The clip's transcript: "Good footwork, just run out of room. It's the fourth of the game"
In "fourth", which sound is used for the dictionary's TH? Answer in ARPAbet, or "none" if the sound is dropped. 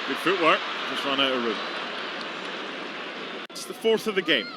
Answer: TH